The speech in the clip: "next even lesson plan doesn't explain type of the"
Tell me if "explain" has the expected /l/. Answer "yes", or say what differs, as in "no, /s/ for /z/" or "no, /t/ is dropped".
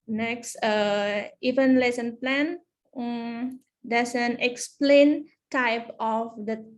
yes